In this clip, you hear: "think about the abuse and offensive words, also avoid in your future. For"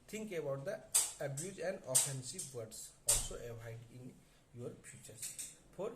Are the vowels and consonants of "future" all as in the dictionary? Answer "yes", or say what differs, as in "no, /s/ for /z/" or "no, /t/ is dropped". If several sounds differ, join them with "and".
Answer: no, /p/ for /f/